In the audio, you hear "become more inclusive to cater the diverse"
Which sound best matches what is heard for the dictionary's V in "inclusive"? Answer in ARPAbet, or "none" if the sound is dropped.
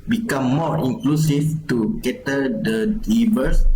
F